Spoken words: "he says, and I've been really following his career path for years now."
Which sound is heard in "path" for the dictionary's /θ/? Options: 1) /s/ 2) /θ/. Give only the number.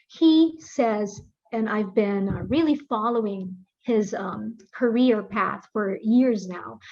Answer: 2